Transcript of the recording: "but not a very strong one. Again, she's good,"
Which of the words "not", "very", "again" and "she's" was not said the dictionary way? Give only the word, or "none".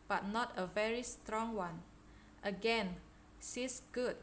she's